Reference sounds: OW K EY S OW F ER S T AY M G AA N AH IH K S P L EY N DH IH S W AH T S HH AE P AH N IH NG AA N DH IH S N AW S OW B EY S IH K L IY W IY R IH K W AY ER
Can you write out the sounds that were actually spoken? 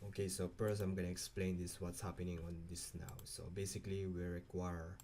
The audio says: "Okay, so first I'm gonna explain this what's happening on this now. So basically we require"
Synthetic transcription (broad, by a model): OW K EY S OW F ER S AY M G AA N AH IH K S P L EY N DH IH S W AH T S HH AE P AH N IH NG AA N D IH S N AW S OW B EY S IH K L IY W IY R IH K W AY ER